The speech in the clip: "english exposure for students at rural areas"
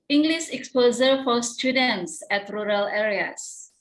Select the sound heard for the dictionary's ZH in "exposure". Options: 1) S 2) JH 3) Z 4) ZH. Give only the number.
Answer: 3